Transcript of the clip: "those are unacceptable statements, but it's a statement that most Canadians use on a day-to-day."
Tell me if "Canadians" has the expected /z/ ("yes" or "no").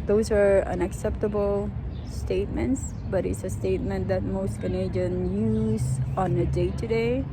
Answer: no